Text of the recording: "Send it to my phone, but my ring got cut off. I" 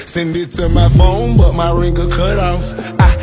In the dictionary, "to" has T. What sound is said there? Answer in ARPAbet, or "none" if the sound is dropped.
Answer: S